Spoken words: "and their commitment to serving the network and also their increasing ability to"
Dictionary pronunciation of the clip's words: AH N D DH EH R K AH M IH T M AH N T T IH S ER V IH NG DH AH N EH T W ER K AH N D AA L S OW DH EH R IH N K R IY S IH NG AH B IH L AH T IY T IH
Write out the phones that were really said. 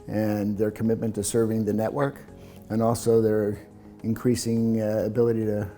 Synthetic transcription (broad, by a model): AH N DH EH R K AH M IH T M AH N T T IH S ER V IH NG DH AH N EH T W ER K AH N AA L S OW DH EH R IH N K R IY S IH NG AH B IH L AH T IY T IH